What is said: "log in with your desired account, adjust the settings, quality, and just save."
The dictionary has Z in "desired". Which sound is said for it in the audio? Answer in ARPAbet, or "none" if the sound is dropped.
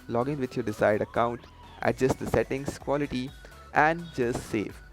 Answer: S